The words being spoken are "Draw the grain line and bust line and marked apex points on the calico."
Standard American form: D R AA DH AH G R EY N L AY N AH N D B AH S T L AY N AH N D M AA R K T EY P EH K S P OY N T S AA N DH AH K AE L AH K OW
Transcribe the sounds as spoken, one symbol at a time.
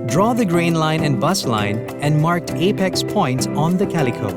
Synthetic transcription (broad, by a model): D R AA DH AH G R EY N L AY N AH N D B AH S L AY N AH N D M AA R K T EY P EH K S P OY N T S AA N DH AH K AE L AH K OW